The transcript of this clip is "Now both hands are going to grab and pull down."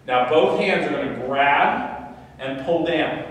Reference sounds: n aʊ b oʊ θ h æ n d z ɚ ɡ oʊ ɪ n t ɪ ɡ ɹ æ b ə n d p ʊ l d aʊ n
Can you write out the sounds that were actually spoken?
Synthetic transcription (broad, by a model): n aʊ b oʊ θ h æ n d z ɚ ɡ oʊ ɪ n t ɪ ɡ ɹ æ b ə n p ʊ l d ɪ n